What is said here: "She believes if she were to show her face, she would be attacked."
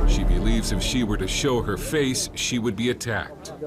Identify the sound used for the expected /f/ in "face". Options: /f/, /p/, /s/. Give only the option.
/f/